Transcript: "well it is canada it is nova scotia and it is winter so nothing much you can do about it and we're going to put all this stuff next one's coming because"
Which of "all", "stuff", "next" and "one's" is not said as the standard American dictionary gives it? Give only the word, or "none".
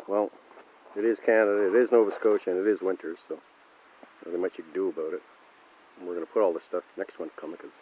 one's